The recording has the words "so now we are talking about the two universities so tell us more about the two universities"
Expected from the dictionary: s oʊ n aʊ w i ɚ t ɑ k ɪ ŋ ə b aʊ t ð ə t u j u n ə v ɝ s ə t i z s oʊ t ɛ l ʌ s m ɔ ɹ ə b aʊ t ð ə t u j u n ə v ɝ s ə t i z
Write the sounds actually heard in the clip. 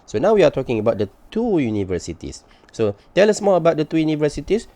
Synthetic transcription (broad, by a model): s oʊ n aʊ w i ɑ t ɑ k ɪ ŋ ə b aʊ t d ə t u j u n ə v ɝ s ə t i s oʊ t ɛ l ʌ s m ɔ l ə b aʊ t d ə t u j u n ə v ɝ s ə t i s